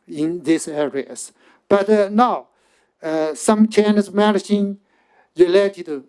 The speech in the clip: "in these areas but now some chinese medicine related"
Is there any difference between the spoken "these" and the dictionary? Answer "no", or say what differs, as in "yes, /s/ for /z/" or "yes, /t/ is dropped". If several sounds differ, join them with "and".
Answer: yes, /s/ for /z/